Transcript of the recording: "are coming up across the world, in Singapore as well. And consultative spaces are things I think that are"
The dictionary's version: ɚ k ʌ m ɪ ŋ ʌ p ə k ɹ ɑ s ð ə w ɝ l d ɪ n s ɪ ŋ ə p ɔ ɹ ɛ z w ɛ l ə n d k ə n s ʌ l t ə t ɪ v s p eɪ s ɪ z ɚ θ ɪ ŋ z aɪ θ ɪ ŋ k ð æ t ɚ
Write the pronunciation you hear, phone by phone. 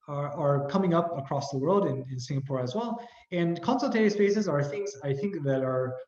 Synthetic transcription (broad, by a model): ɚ k ʌ m ɪ ŋ ʌ p ə k ɹ ɑ s ð ə w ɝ l d ɪ n s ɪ ŋ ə p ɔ ɹ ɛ z w ɛ l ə n k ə n s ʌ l t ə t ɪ s p eɪ s ɪ z ɚ θ ɪ ŋ z aɪ θ ɪ ŋ k ð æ t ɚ